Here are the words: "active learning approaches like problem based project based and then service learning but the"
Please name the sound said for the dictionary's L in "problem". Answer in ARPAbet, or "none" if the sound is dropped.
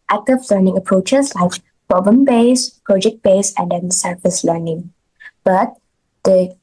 none